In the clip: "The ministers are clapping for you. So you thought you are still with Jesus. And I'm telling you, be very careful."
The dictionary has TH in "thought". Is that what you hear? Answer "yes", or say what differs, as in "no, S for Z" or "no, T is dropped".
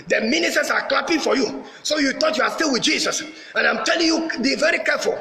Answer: no, T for TH